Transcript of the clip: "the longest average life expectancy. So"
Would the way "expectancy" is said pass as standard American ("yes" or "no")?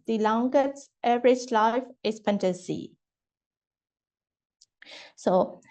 no